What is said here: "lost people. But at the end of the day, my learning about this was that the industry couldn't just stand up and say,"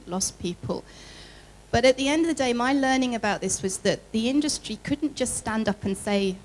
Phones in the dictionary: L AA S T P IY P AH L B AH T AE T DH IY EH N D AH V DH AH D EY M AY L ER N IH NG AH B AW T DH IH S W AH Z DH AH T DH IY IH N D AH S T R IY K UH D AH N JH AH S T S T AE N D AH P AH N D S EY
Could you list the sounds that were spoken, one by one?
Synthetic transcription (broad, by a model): L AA S P IY P AH L B AH T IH T DH IY EH N D AH V DH AH D EY M AY L ER N IH NG AH B AW T DH IH S W AH Z DH AH T DH IY IH N D AH S T R IY K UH D N JH AH S T S T AE N D AH P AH N S EY